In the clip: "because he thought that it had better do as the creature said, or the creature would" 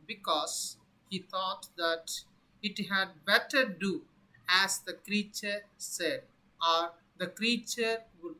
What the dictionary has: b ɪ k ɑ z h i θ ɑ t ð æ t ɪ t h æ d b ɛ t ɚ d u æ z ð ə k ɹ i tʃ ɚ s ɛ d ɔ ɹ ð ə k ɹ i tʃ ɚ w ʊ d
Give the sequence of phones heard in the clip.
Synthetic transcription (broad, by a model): b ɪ k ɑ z h i t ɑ t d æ t ɪ t h æ d b ɛ t ɚ d u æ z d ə k ɹ i tʃ ɚ s ɛ d ɔ ɹ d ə k ɹ i tʃ ɚ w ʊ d